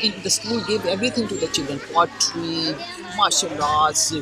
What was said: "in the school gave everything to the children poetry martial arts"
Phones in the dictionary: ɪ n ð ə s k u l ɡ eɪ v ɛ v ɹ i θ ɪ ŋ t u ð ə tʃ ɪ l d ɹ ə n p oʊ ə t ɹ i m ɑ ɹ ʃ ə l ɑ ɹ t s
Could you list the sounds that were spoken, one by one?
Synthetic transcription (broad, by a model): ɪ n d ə s k u l ɡ eɪ v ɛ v ɹ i t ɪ ŋ t u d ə tʃ ɪ l d ɹ ə n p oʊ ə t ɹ i m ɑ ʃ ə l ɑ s